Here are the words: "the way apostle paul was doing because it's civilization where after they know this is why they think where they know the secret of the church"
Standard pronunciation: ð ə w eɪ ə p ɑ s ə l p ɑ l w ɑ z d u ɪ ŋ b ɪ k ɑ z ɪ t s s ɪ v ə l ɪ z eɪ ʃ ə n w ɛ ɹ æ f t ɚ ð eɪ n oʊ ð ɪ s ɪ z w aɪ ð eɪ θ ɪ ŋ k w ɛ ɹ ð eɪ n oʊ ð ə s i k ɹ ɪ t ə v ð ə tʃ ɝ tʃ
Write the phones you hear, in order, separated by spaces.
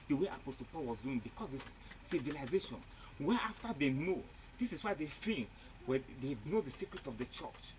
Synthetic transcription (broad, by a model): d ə w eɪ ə p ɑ s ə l p ɑ l w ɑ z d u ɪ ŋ b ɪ k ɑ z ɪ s s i v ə l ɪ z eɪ ʃ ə n w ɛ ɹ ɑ f t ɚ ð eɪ n oʊ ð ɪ s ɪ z w aɪ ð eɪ f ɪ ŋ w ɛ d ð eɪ n oʊ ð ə s i k ɹ ɪ t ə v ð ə tʃ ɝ tʃ